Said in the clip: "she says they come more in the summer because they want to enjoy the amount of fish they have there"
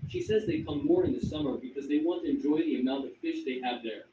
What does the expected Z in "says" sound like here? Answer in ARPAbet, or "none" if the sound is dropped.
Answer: Z